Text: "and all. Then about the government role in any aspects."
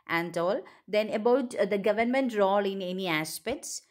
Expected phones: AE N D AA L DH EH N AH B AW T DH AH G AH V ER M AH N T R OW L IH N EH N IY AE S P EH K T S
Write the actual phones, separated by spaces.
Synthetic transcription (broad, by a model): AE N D AA L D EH N AH B AW T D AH G AH V ER M AH N T R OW L IH N EH N IY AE S P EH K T S